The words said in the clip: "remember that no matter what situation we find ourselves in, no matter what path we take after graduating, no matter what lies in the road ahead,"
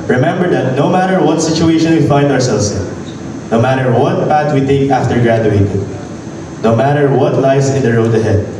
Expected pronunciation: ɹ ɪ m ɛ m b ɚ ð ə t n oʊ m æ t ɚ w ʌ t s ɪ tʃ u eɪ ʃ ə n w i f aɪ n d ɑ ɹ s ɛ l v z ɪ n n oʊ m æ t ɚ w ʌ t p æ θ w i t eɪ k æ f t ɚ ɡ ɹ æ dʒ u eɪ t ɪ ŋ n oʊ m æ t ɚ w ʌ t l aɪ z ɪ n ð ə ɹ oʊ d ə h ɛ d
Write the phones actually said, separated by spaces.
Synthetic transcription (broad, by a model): ɹ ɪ m ɛ m b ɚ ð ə t n oʊ m æ t ɚ w ʌ t s ɪ tʃ u eɪ ʃ ə n w i f aɪ n d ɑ ɹ s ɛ l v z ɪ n n oʊ m æ t ɚ w ʌ t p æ t w i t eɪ k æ f t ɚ ɡ ɹ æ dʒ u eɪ t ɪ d n oʊ m æ t ɚ w ʌ t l aɪ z ɪ n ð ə ɹ oʊ d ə h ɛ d